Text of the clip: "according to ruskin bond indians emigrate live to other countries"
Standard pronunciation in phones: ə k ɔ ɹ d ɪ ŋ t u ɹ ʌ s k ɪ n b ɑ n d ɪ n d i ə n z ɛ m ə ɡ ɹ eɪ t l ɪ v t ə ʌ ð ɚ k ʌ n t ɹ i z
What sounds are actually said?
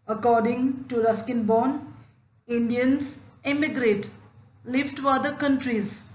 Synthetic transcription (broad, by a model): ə k ɔ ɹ d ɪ ŋ t u ɹ ʌ s k ɪ n b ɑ n ɪ n d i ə n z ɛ m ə ɡ ɹ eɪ t l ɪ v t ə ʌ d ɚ k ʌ n t ɹ i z